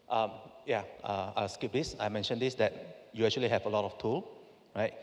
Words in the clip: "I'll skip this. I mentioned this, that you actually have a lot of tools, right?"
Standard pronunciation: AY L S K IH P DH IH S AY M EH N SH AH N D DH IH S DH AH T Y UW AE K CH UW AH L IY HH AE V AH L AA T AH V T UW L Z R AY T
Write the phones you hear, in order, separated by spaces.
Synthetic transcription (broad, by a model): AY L S K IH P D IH S AY M EH N SH AH N D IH S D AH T Y UW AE K CH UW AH L IY HH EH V AH L AA T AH F T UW L R AY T